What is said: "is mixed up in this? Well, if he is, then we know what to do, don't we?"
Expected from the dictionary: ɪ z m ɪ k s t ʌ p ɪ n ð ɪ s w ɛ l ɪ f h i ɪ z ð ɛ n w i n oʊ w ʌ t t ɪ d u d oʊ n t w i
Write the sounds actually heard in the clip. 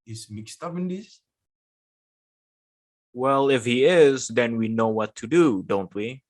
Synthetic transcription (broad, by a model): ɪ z m ɪ k s t ʌ p ɪ n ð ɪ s w ɛ l ɪ f h i ɪ z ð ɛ n w i n oʊ w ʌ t t ɪ d u d oʊ n t w i